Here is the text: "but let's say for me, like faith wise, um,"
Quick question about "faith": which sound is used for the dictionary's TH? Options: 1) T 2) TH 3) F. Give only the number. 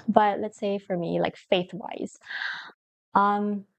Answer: 2